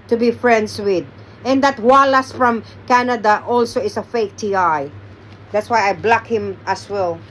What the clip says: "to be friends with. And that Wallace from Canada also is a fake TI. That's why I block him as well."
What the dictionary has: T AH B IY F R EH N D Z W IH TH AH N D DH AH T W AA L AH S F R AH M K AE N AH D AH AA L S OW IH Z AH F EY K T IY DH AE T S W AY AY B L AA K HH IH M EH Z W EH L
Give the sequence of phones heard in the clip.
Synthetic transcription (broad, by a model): T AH B IY F R EH N D S W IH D AH N D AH T W AA L AH S F R AH M K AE N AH D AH AA L S OW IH S AH F EY K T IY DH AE T S W AY AY B L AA K HH IH M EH S W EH L